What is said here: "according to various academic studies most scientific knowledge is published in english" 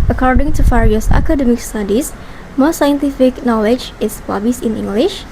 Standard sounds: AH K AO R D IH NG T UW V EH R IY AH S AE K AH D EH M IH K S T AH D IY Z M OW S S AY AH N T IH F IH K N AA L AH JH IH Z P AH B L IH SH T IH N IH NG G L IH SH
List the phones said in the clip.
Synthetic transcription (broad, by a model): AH K AO R D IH NG T UW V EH R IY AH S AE K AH D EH M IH K S T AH D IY S M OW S S AY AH N T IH F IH K N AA L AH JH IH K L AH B IH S IH N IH NG G L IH SH